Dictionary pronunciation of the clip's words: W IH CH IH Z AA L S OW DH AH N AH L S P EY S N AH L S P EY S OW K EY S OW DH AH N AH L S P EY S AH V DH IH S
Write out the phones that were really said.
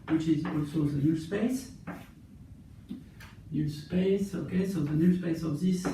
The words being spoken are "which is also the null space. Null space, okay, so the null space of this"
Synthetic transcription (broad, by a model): W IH CH IH Z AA S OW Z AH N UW S P EY S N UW S P EY S OW K EY S OW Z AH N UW S P EY S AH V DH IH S